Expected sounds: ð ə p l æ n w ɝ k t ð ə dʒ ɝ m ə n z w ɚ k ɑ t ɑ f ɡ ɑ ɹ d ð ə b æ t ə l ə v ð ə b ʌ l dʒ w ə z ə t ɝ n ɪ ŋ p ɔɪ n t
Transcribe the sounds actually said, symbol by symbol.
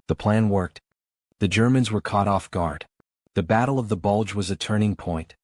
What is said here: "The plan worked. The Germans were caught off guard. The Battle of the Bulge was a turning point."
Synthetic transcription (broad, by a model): ð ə p l æ n w ɝ k t ð ə dʒ ɝ m ə n z w ɚ k ɑ t ɑ f ɡ ɑ ɹ d ð ə b æ t l ə v ð ə b ʌ l dʒ w ə z ə t ɝ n ɪ ŋ p ɔɪ n t